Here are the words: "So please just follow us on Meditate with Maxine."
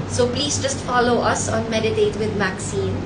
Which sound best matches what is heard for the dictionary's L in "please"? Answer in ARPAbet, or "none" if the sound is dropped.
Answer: L